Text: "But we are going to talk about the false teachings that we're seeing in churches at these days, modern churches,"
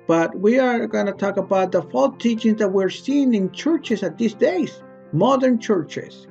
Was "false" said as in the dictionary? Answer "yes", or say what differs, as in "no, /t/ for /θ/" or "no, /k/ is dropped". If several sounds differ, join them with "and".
no, /s/ is dropped